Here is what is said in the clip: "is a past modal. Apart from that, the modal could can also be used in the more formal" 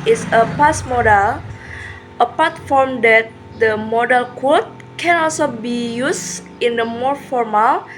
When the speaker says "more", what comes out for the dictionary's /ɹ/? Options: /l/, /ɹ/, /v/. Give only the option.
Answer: /ɹ/